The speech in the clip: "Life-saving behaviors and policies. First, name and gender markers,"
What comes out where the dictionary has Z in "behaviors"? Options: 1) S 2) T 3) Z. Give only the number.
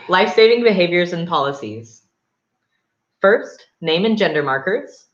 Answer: 3